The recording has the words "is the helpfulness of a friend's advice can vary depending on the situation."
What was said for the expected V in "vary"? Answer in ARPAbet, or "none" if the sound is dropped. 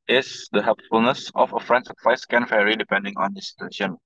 F